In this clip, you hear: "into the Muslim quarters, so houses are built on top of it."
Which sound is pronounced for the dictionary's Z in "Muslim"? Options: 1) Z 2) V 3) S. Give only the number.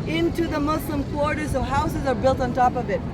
3